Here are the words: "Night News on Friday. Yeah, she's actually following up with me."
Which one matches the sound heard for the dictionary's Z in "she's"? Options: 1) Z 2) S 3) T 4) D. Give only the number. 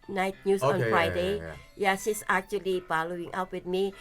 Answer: 2